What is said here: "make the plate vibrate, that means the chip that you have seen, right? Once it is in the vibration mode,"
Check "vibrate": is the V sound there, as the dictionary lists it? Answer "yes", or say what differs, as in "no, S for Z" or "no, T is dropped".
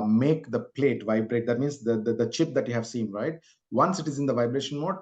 yes